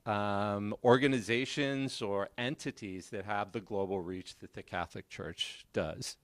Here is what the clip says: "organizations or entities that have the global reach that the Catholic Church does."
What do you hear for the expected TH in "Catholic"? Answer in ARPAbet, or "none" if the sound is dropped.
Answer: TH